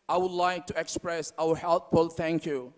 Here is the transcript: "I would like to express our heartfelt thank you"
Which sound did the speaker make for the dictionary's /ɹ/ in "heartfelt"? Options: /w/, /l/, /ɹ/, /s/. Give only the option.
/l/